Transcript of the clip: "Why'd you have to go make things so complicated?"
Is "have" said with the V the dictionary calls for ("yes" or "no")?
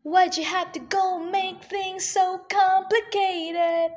no